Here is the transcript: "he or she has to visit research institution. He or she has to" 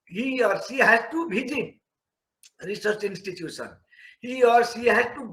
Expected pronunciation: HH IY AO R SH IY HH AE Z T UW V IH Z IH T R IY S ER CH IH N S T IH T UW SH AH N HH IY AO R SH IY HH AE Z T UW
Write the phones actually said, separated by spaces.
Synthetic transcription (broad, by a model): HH IY AO R S IY HH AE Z T UW B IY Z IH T R IY S ER CH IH N S T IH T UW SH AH N HH IY AO R S IY HH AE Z T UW